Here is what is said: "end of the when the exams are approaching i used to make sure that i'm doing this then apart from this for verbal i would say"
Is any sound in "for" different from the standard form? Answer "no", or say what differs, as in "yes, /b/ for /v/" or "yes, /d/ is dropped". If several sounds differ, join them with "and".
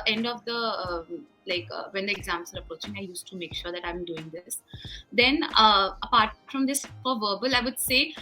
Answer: yes, /p/ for /f/